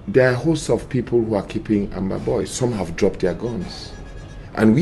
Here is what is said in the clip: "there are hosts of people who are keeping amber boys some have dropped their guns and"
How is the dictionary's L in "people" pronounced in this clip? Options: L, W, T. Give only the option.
L